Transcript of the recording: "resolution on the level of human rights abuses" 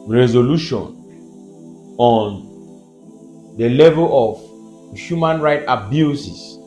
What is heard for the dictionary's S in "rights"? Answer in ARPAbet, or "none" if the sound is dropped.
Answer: none